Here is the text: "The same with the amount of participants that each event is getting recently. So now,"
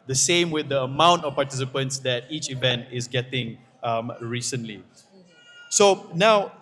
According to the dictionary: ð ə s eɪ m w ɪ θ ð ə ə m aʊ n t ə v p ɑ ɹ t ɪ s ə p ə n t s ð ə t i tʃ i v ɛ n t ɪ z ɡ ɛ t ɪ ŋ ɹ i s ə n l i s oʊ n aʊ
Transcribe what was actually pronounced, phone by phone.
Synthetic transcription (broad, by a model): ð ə s eɪ m w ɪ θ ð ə ə m aʊ n t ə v p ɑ t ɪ s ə p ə n t s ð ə t i tʃ i v ɛ n t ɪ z ɡ ɛ t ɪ ŋ ɹ i s ə n l i s oʊ n aʊ